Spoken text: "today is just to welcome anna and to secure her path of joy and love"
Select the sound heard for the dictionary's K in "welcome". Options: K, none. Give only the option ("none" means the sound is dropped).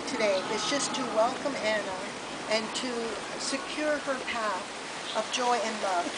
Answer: K